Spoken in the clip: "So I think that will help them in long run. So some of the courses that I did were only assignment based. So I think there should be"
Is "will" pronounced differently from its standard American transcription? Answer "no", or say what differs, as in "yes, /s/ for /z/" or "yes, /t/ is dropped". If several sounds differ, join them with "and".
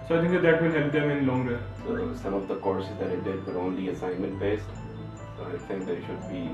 yes, /n/ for /l/